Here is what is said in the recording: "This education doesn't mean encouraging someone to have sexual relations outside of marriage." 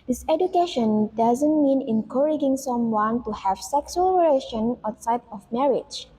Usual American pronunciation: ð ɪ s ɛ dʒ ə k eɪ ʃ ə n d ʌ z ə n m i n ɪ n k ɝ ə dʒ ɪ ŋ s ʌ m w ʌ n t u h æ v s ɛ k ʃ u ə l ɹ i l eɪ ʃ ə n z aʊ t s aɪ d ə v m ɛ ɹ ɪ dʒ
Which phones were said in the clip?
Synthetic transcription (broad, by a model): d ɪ s ɛ dʒ ə k eɪ ʃ ə n d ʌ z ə n m i n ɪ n k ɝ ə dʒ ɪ ŋ s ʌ m w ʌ n t u h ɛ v s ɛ k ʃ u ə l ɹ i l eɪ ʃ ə n aʊ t s aɪ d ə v m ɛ ɹ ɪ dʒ